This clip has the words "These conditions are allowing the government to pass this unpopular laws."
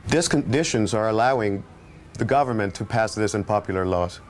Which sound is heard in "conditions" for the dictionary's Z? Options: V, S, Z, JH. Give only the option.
Z